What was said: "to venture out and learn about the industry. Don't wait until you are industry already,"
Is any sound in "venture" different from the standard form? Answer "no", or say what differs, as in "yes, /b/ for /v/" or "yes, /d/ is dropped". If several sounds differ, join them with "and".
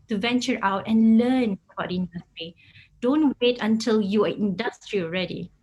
no